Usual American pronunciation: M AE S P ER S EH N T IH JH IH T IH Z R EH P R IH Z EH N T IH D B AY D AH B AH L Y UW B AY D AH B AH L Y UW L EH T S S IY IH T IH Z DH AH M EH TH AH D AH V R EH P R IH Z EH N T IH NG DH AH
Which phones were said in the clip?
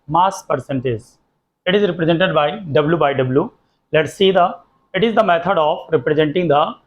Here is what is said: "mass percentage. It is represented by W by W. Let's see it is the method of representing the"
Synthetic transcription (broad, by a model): M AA S P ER S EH N T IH Z IH T IH Z R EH P R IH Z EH N T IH D B AY D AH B L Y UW B AY D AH B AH L Y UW L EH T S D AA IH T IH Z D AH M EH T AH D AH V R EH P R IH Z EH N T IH NG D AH